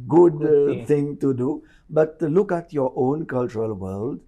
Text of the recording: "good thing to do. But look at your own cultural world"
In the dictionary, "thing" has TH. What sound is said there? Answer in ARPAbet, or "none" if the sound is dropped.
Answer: T